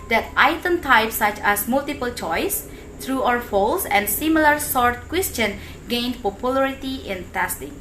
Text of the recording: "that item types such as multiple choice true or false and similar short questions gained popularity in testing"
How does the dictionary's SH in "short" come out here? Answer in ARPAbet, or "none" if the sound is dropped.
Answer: S